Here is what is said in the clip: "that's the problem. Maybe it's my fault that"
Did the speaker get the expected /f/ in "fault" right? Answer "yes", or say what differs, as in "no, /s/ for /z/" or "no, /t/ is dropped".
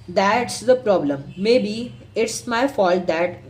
yes